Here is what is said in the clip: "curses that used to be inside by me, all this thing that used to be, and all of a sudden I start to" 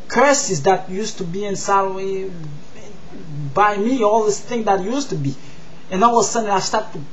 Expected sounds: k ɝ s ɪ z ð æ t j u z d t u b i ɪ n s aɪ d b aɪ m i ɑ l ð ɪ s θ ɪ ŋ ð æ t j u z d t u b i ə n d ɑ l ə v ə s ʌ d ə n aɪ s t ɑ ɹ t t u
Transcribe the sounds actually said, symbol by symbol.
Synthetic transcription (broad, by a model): k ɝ s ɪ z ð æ t j u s t u b i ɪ n s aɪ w b aɪ m i ɑ l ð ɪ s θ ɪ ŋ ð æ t j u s t u b i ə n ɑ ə w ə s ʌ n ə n aɪ s t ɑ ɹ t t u